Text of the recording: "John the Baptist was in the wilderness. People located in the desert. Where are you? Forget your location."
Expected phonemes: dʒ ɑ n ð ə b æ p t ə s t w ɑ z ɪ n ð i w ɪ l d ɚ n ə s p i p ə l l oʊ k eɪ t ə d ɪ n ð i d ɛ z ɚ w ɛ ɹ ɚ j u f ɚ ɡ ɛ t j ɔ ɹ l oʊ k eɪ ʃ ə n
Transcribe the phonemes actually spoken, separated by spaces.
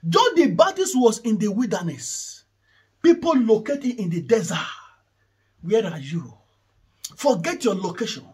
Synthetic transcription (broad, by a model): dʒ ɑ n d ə b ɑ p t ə s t w ɑ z ɪ n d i w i l d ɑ n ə s p i p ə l l oʊ k eɪ t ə ɪ n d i d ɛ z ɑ w ɛ ɹ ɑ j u f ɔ ɡ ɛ t j ɔ l oʊ k eɪ ʃ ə n